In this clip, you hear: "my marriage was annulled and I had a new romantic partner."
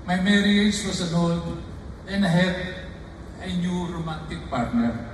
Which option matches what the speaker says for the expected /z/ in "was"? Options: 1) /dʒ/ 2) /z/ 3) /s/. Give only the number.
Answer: 3